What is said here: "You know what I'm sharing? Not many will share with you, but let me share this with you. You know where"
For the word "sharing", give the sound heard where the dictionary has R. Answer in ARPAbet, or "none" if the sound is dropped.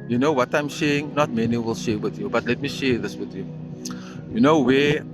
none